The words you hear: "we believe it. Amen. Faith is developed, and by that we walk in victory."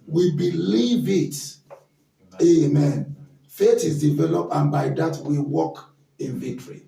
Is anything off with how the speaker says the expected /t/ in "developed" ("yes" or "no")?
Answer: no